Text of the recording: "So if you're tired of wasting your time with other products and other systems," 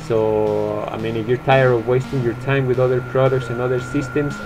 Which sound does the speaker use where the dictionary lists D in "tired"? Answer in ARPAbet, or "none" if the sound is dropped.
none